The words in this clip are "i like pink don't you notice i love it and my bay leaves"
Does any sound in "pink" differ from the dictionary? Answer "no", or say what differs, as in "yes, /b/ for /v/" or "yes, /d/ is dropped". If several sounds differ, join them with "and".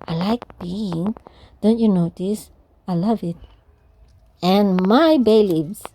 yes, /b/ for /p/